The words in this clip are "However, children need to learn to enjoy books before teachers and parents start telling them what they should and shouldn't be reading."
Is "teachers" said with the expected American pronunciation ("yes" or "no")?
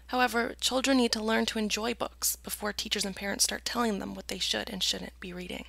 yes